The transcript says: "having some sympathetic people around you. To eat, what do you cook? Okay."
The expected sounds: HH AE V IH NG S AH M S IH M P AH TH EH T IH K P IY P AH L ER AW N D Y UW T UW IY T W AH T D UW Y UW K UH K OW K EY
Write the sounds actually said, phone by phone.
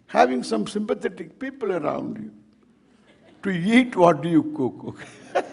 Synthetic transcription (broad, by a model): HH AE V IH NG S AH M S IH M P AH T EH T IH K P IY P AH L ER AW N D Y UW T UW IY T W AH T D UW Y UW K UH K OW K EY